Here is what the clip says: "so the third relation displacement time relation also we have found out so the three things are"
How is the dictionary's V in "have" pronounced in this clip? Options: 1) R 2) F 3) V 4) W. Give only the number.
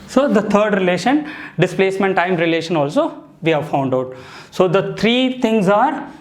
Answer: 3